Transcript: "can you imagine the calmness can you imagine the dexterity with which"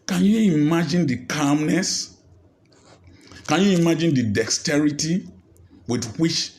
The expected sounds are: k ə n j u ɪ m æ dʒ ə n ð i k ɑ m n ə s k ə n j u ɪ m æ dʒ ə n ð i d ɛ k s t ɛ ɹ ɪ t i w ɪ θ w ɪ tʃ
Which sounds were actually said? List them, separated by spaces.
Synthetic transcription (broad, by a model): k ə n j u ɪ m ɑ dʒ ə n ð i k ɑ m n ə s k ə n j u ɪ m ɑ dʒ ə n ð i d ɛ k s t ɛ ɹ ɪ t i w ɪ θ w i tʃ